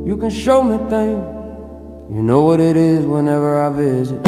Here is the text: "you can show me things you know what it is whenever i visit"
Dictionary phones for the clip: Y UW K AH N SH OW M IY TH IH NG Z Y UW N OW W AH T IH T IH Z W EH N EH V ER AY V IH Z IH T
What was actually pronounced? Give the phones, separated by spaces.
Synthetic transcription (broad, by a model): Y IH K AH N SH OW M IY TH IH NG Y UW N OW W AH T IH T IH Z W EH N EH V ER AY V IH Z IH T